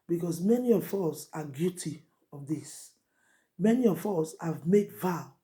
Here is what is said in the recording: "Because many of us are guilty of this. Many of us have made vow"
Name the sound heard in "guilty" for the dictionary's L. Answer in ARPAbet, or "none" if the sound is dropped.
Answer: none